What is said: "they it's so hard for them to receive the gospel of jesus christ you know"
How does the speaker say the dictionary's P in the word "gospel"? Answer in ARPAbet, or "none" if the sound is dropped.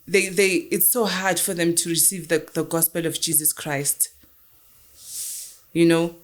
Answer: P